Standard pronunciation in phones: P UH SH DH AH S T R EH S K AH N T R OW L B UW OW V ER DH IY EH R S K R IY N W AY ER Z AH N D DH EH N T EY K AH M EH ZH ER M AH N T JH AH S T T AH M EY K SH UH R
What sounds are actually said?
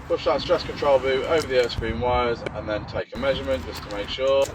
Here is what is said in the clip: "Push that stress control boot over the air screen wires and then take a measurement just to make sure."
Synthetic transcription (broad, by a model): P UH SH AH S T R EH S K AH N T R OW L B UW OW V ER DH IY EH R S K R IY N W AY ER Z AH N DH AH N T EY K AH M EH ZH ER M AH N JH AH S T T AH M EY K SH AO